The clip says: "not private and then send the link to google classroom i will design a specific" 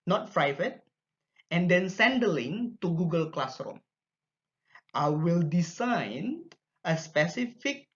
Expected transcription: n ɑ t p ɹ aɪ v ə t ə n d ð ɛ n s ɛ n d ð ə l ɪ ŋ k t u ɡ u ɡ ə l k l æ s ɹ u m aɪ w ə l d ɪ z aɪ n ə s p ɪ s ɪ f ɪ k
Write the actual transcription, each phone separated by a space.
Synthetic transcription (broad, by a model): n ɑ t f ɹ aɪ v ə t ə n d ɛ n s ɛ n d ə l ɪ ŋ t u ɡ u ɡ ə l k l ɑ s ɹ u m aɪ w ə l d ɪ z aɪ n ə s p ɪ s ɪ f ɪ k